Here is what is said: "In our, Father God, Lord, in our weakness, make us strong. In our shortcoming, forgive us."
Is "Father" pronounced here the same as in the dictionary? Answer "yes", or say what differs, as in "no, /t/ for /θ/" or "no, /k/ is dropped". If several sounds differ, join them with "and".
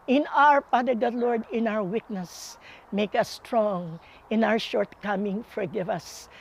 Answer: no, /p/ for /f/